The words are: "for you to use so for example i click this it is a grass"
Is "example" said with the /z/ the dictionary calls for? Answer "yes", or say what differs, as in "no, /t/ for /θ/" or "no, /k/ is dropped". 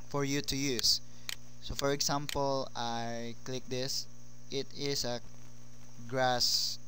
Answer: no, /s/ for /z/